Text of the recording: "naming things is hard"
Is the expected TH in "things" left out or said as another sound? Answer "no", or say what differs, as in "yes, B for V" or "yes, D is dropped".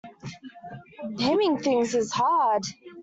no